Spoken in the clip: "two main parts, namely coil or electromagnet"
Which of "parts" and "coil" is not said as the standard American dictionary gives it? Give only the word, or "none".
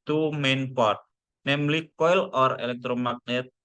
parts